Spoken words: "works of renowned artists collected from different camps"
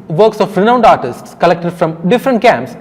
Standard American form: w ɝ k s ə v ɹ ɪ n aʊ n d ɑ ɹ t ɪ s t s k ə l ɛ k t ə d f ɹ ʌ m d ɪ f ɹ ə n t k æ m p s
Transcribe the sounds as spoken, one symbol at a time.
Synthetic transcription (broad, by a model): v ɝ k s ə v ɹ ɪ n aʊ n d ɑ ɹ t ɪ s t s k ə l ɛ k t ə d f ɹ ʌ m d ɪ f ɹ ə n t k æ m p s